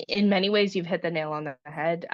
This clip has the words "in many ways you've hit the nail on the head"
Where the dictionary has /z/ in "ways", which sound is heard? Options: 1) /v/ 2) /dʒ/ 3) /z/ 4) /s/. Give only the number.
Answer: 3